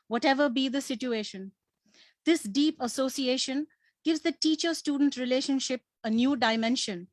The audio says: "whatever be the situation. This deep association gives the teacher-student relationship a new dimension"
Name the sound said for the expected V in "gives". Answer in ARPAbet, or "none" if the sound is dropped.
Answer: V